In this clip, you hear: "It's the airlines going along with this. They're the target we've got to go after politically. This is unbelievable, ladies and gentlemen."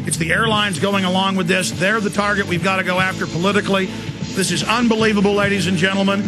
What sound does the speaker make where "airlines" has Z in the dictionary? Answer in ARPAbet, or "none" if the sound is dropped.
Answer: Z